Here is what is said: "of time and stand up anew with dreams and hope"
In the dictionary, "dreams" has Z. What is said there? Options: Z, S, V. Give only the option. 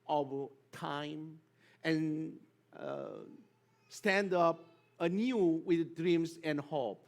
S